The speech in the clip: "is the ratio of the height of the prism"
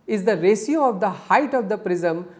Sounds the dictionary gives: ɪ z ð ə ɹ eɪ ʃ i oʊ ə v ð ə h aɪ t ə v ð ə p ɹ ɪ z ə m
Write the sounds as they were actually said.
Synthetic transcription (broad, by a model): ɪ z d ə ɹ eɪ s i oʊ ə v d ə h aɪ t ə v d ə p ɹ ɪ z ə m